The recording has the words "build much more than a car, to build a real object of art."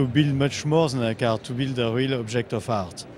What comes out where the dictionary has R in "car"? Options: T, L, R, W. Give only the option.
R